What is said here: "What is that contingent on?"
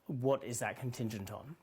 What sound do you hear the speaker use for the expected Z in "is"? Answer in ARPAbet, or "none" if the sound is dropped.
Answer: Z